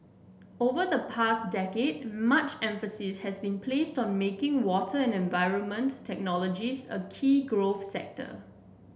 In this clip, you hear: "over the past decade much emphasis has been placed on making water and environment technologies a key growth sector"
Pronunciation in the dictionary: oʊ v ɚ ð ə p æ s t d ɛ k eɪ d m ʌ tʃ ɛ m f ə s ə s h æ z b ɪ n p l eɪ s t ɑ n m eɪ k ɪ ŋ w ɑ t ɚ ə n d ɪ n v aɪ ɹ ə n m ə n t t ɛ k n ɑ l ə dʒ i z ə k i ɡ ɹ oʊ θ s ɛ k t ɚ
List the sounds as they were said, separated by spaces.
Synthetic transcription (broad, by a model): oʊ v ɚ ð ə p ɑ s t d ɛ k eɪ d m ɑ tʃ ɛ m f ə s ə s h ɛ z b ɪ n p l eɪ s t ɑ n m eɪ k ɪ ŋ w ɑ t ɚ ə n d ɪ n v aɪ ɹ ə n m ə n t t ɛ k n ɑ l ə dʒ i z ə k i ɡ ɹ oʊ f s ɛ k t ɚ